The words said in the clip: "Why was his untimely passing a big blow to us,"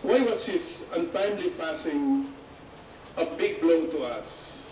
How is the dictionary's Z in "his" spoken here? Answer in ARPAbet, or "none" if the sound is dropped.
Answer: S